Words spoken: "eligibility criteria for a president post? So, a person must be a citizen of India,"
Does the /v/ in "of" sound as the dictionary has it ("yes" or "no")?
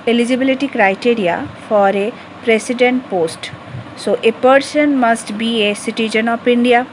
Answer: no